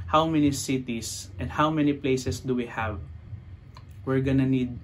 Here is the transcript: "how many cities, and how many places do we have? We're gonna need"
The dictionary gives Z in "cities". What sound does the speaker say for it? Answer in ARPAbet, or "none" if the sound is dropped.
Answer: S